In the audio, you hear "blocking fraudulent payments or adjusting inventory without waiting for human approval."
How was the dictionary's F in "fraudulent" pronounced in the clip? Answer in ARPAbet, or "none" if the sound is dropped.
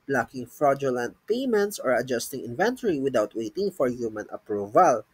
F